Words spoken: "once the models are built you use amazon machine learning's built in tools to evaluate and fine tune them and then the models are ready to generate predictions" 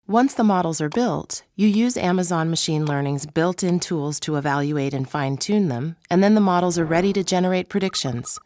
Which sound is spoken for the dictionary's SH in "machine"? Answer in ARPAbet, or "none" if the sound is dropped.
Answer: SH